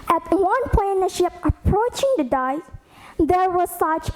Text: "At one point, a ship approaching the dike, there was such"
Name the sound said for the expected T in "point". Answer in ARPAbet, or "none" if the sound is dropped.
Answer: none